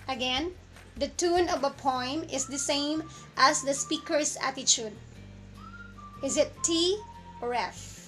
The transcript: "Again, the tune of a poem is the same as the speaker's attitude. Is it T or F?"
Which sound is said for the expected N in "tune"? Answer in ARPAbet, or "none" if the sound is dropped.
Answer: N